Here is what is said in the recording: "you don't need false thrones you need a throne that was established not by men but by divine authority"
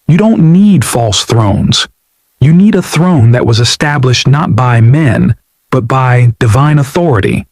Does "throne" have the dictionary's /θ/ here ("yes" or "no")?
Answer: yes